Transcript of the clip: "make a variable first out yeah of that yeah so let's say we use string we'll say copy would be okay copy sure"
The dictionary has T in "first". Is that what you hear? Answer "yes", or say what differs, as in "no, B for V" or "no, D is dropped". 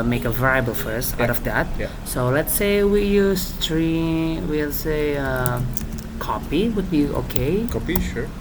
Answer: no, T is dropped